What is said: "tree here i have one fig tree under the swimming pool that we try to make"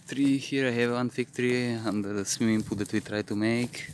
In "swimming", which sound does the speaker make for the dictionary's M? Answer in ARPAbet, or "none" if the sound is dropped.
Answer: none